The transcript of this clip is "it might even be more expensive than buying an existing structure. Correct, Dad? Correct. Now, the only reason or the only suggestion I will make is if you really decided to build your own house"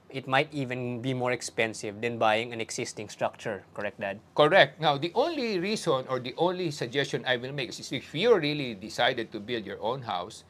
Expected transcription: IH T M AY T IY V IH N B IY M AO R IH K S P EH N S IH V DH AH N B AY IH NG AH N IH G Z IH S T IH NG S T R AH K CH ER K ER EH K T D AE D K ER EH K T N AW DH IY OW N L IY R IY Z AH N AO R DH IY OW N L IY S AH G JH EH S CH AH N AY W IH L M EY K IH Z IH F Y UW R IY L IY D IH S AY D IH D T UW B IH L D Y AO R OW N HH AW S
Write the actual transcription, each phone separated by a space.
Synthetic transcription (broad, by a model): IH T M AY T IY V IH N B IY M AO R IH K S P EH N S IH V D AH N B AY IH NG AH N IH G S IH S T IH NG S T R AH K CH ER K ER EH K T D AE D K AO EH K T N AW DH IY OW N L IY R IY S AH N AO R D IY OW N L IY S AH G JH EH S CH AH N AY W IH L M EY K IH S IH F Y UW R IY L IY D IH S AY D IH D T UW B IH L D Y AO R OW N HH AW S